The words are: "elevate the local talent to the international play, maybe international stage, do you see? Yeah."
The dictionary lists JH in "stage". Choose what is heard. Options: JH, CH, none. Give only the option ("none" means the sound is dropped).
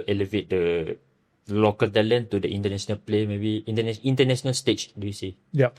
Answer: CH